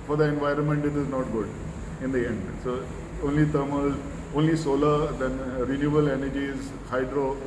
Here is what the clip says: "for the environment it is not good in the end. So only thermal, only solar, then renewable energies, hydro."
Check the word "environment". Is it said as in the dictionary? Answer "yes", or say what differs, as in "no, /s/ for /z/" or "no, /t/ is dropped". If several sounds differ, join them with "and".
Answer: yes